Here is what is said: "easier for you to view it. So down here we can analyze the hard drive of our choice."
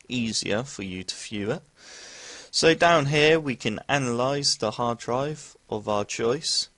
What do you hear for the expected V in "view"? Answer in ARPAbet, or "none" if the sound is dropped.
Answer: F